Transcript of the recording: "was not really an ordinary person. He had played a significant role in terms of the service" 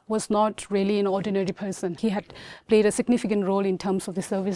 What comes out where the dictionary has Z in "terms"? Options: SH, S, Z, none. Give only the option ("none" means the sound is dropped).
S